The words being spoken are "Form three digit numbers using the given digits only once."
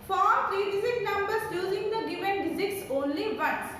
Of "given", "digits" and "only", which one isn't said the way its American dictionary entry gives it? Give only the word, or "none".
digits